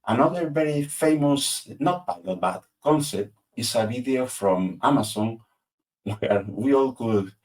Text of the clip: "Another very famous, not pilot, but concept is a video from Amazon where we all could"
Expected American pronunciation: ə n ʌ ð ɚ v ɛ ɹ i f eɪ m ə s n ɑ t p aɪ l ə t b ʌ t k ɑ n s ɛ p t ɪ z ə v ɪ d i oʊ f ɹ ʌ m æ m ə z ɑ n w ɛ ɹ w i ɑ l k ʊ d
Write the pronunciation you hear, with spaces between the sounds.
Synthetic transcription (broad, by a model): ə n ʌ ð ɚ v ɛ ɹ i f eɪ m ə s n ɑ t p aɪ n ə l b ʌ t k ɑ n s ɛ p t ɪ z ə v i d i oʊ f ɹ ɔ m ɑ m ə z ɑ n w ɛ ɹ w i ɑ l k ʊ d